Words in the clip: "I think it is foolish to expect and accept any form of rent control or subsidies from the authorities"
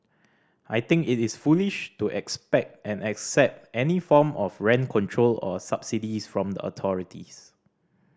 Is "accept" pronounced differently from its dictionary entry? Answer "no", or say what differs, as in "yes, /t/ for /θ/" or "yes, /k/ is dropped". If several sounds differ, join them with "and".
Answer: no